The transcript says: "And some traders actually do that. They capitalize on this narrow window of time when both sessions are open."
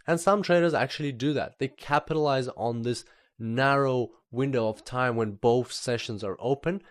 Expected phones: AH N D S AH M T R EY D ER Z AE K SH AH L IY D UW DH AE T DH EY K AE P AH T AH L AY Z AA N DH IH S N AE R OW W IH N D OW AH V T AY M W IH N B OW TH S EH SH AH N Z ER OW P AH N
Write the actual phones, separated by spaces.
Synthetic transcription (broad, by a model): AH N S AH M T R EY D ER Z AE K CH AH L IY D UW DH AE T DH EY K AE P AH T AH L AY Z N DH IH S N AE R OW W IH N D OW AH V T AY M W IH N B OW TH S EH SH AH N Z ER OW P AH N